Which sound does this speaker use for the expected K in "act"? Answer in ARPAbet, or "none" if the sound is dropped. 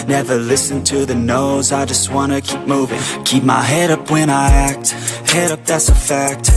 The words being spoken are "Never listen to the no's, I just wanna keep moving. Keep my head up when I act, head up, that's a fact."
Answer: K